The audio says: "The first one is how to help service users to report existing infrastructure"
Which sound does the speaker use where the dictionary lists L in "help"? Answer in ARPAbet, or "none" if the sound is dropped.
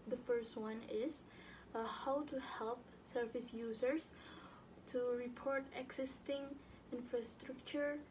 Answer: L